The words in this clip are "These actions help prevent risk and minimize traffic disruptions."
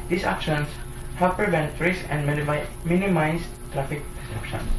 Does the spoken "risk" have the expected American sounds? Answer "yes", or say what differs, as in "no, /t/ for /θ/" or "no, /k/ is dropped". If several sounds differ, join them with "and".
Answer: no, /k/ is dropped